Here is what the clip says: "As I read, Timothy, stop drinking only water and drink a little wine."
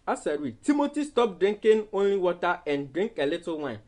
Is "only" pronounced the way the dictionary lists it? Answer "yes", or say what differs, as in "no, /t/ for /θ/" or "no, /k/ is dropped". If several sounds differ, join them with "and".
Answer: yes